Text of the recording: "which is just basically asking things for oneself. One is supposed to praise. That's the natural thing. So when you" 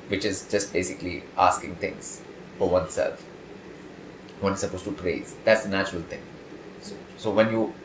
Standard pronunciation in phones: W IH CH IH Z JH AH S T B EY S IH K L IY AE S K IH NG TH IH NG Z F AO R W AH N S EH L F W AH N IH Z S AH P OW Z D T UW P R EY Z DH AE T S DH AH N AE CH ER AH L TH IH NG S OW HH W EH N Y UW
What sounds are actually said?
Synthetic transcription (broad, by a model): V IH CH IH Z JH AH S T B EY S IH K L IY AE S K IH NG T IH NG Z F AO R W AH N S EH L F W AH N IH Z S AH P OW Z T UW P R EY Z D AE T S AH N AE CH ER AH L T IH NG S OW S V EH N Y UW